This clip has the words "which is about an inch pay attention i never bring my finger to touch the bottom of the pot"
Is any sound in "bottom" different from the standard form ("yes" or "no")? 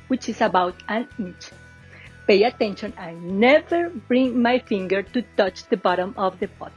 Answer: no